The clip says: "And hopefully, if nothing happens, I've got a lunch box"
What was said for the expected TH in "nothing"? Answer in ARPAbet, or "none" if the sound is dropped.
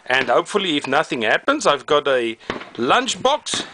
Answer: TH